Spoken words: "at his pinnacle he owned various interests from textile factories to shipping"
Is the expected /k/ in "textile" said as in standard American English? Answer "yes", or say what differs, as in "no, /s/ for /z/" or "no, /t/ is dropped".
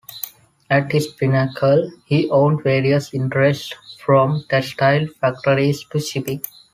no, /k/ is dropped